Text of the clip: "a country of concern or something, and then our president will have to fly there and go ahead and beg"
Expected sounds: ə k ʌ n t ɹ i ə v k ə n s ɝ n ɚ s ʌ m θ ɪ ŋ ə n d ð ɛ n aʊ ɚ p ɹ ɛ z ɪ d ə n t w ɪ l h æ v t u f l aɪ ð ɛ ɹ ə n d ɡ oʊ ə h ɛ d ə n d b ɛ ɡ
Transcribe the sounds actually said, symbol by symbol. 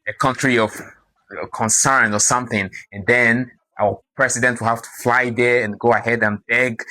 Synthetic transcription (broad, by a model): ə k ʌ n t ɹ i ə v k ə n s ɝ n ɚ s ʌ m θ ɪ ŋ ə n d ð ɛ n aʊ ɚ p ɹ ɛ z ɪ d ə n t w ɪ l h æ f t u f l aɪ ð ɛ ɹ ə n ɡ oʊ ə h ɛ d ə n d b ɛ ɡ